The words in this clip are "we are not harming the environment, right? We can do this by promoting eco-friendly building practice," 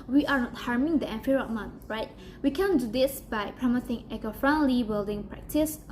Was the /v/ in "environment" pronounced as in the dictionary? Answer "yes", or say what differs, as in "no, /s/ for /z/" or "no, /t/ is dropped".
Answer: no, /f/ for /v/